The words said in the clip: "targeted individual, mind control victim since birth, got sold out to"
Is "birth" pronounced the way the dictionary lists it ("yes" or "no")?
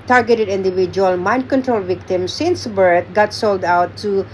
no